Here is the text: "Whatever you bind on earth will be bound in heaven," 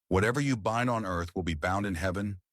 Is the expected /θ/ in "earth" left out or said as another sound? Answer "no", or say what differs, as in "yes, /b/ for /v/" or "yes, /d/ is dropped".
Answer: no